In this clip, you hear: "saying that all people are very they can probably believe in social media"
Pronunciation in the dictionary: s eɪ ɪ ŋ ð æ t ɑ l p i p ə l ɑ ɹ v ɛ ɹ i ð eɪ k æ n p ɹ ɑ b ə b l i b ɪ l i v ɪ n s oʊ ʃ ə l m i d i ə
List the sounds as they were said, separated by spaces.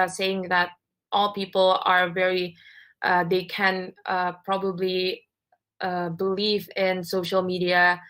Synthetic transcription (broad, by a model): s eɪ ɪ ŋ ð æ t ɑ l p i p ə l ɑ ɹ v ɛ ɹ i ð eɪ k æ n p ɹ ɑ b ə b l i b ɪ l i v ɪ n s oʊ ʃ ə l m i d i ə